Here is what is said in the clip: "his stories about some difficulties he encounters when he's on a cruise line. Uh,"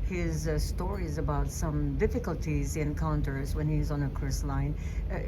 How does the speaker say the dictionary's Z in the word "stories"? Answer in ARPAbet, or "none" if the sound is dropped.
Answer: Z